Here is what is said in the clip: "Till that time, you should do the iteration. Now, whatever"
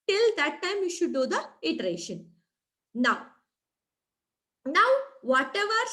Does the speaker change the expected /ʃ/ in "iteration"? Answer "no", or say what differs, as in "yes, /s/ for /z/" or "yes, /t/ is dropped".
no